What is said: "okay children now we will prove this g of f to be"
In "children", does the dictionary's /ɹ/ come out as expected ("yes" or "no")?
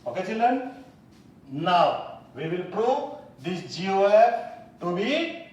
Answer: no